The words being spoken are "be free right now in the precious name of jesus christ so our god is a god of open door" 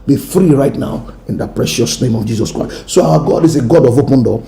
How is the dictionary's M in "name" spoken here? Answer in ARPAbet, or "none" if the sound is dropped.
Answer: M